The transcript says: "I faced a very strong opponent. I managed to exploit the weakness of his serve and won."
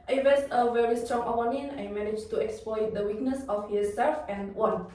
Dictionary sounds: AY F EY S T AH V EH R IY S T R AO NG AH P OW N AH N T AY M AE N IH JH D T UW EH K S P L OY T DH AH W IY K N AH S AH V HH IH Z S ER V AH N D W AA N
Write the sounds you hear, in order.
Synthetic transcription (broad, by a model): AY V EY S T AH V EH R IY S T R AO NG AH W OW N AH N AY M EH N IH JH T UW EH K S P L OY T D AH W IY K N AH S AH F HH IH S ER F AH N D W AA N